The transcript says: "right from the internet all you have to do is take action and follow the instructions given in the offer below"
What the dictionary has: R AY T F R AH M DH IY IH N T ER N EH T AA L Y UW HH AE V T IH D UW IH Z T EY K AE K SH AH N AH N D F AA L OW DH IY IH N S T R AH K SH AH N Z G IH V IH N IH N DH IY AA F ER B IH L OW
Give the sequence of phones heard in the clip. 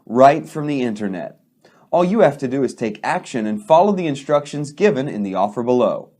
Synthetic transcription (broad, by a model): R AY T F R AH M DH IY IH N T ER N EH T AA L Y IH HH AE F T IH D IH IH Z T EY K AE K SH AH N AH N F AA L OW DH IY IH N S T R AH K SH AH N Z G IH V IH N IH N DH IY AA F ER B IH L OW